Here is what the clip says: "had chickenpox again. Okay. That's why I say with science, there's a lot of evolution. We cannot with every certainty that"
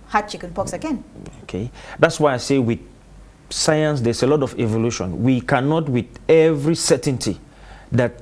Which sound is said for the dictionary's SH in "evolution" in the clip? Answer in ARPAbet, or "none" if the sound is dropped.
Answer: SH